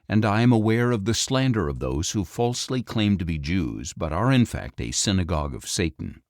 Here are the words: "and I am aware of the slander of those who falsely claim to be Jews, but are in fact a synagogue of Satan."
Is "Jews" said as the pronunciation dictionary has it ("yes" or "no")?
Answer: yes